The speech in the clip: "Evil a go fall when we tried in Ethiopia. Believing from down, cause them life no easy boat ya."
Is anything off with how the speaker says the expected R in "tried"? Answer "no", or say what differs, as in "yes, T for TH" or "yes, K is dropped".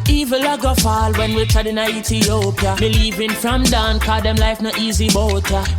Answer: yes, R is dropped